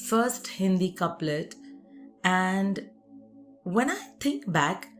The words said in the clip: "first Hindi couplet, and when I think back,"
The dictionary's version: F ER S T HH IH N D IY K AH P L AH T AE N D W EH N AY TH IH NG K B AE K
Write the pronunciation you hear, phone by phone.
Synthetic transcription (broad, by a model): F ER S T HH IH N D IY K AH P L AH T AE N D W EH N AY T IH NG K B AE K